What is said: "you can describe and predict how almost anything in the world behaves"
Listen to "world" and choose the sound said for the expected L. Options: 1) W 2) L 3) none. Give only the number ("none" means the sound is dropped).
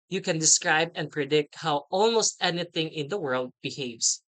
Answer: 2